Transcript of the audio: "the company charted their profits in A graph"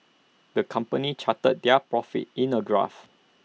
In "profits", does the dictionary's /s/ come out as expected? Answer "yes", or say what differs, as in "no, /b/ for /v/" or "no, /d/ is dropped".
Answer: no, /s/ is dropped